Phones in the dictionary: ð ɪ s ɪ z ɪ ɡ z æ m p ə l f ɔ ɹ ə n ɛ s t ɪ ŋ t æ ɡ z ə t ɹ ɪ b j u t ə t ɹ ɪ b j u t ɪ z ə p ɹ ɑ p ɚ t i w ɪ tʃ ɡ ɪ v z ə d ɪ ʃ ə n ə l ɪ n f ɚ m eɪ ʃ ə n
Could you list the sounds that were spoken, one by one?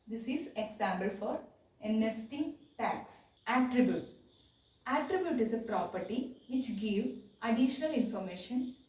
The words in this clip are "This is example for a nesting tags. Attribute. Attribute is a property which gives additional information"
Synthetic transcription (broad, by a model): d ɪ s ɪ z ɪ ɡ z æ m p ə l f ɔ ɹ ə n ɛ s t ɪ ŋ t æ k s ə t ɹ ɪ b j u t ə t ɹ ɪ b j u t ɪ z ə p ɹ ɑ p ɚ t i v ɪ tʃ ɡ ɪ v ə d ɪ ʃ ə n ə l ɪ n f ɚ m eɪ ʃ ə n